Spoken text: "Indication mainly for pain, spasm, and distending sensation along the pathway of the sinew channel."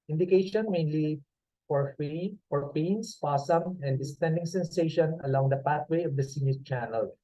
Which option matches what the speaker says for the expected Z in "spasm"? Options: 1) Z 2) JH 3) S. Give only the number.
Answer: 3